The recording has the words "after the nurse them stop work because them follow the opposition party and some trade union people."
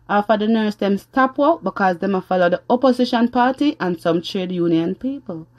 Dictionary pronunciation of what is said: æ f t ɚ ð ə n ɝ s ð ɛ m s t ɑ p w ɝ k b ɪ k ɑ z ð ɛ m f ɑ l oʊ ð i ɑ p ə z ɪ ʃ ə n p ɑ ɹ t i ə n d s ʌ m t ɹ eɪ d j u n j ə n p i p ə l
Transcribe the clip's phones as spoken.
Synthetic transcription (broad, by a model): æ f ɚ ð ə n ɝ s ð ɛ m s t ɑ p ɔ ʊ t b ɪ k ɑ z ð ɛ m f ɑ l oʊ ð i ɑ p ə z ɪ ʃ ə n p ɑ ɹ t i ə n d s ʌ m t ɹ eɪ d j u n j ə n p i p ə l